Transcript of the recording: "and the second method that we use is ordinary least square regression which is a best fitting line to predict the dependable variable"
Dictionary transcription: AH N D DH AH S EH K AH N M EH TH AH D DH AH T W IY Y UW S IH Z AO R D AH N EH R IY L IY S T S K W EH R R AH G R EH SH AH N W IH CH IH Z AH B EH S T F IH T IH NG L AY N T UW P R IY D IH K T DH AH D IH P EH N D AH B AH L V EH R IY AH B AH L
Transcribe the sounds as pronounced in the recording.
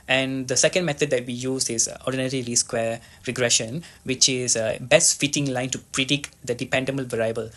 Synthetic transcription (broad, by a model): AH N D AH S EH K AH N M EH T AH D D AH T W IY Y UW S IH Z AO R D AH N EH R IY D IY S S K W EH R R AH G R EH SH AH N W IH CH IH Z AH B EH S T F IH T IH NG L AY N T UW P R IY D IH K T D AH D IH P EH N D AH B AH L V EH R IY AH B AH L